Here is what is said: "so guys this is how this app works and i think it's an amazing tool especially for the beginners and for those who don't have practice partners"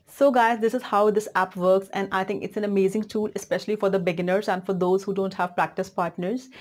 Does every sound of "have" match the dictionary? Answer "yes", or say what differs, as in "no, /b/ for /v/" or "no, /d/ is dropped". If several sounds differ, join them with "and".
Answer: yes